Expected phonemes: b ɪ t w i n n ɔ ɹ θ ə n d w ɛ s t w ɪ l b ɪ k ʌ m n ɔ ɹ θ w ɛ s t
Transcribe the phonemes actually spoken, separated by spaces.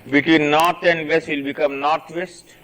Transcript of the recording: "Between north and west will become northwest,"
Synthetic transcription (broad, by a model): b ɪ t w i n n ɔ ɹ t ə n d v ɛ s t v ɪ l b ɪ k ʌ m n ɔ ɹ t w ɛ s t